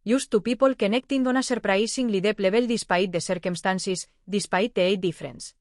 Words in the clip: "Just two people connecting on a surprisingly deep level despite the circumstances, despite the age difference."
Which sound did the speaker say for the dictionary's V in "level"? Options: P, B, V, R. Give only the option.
B